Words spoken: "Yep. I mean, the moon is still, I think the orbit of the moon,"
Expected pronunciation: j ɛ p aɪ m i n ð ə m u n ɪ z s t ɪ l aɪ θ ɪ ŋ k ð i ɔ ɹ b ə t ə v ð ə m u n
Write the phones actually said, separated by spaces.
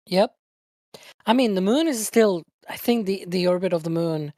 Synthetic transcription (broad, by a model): j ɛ p aɪ m i n ð ə m u n ɪ z s t ɪ l aɪ θ ɪ ŋ k ð i ɔ ɹ b ə t ə v ð ə m u n